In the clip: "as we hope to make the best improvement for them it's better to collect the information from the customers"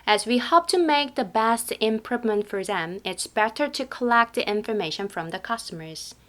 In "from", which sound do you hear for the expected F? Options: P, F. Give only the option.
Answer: F